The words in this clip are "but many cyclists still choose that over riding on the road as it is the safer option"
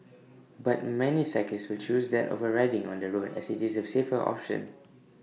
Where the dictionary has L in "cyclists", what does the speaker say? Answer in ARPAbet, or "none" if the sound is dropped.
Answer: none